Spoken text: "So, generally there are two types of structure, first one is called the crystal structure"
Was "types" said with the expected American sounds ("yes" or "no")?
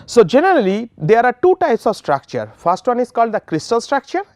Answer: yes